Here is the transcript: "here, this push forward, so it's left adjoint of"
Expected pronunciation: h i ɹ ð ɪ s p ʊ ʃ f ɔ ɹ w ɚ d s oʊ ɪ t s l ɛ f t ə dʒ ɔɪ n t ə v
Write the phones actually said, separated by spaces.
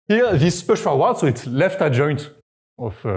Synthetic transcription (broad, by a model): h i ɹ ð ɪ s p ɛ ʃ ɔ l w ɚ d s oʊ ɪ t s l ɛ f t ə dʒ ɔɪ n t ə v